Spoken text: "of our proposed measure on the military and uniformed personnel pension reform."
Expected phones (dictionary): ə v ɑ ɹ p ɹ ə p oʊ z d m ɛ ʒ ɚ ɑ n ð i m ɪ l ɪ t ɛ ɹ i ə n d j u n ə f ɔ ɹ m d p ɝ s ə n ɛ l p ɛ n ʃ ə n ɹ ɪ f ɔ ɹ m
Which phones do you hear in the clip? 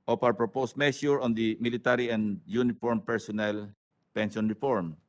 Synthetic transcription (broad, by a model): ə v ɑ w p ɹ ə p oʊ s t m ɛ ʃ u ɑ n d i m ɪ l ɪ t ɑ ɹ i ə n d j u n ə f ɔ ɹ m p ɝ s ə n ɛ l p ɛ n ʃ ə n ɹ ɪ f ɔ ɹ m